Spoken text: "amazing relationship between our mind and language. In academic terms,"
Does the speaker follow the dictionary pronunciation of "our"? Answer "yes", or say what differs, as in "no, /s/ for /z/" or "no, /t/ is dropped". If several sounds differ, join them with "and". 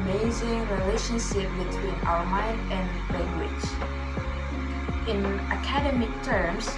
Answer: no, /l/ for /ɹ/